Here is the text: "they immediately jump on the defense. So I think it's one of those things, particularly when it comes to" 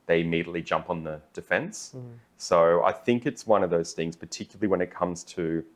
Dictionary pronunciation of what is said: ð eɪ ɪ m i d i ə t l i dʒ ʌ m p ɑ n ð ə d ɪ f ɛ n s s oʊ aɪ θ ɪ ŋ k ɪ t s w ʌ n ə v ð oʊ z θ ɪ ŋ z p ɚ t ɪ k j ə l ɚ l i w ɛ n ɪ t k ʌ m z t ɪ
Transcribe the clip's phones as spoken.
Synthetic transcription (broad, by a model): ð eɪ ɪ m i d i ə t l i dʒ ʌ m p n ð ə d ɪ f ɛ n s s oʊ aɪ θ ɪ ŋ k ɪ t s w ʌ n ə v ð oʊ z θ ɪ ŋ z p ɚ t ɪ k j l l i w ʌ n ɪ t k ʌ m z t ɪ